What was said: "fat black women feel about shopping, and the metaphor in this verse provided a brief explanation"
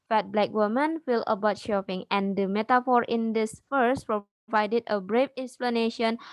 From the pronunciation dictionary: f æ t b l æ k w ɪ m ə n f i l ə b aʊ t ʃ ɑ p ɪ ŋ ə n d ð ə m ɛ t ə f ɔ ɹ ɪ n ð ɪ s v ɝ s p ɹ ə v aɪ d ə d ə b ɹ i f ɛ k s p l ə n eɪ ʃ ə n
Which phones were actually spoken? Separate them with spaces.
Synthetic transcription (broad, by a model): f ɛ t b l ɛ k w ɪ m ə n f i l ə b aʊ t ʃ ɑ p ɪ ŋ ə n d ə m ɛ t ə f ɔ ɹ ɪ n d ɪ s f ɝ s p ɹ ə v aɪ d ə d ə b ɹ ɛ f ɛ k s p l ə n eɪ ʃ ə n